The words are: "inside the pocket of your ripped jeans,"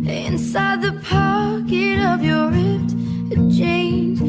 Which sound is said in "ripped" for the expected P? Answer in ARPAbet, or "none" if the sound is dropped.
none